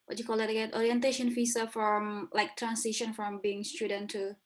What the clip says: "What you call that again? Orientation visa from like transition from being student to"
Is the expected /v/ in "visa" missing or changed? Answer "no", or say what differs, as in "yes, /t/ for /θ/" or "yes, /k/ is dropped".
yes, /f/ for /v/